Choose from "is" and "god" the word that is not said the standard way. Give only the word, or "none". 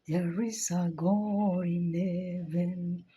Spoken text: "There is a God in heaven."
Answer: is